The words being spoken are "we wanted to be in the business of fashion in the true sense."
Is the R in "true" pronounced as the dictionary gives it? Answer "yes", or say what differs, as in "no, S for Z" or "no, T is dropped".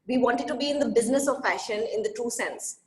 no, R is dropped